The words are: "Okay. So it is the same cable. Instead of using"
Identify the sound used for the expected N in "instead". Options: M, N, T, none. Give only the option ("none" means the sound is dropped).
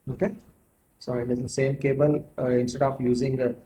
N